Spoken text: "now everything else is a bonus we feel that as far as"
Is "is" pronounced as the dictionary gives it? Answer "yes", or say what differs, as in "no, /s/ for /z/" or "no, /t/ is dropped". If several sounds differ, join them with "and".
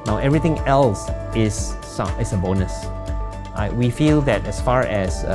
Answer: no, /s/ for /z/